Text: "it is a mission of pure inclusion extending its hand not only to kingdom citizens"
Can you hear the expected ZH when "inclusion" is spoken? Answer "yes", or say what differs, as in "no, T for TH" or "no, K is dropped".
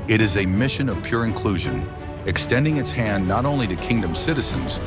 yes